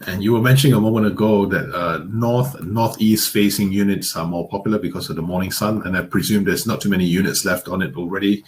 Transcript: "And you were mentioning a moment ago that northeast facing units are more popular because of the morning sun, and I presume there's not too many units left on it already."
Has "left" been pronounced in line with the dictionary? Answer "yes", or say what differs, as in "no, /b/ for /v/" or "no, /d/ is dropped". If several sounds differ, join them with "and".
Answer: yes